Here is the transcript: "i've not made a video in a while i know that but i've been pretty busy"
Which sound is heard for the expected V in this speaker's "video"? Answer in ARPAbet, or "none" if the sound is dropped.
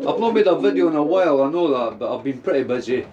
V